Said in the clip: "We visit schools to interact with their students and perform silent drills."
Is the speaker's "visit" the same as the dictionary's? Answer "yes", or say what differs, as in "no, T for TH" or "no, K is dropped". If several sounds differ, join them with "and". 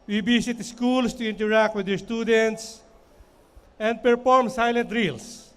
no, B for V and S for Z